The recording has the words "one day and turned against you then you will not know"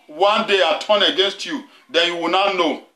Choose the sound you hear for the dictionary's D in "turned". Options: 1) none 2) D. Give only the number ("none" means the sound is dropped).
1